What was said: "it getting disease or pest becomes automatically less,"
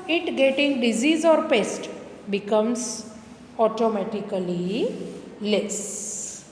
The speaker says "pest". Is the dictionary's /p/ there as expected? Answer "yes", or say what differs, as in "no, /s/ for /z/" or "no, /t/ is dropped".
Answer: yes